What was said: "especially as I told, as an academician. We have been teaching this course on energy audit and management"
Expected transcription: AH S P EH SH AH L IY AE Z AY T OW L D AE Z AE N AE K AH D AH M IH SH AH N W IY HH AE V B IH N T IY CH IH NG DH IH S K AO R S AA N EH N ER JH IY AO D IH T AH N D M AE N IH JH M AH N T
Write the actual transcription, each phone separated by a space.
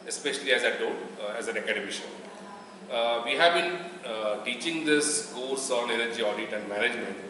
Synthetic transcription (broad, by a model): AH S P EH SH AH L IY AE Z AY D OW D AE Z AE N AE K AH D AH M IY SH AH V IY HH AE V B IH N T IY CH IH NG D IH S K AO L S AA N EH N ER JH IY AO D IH T AH N D M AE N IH JH M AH N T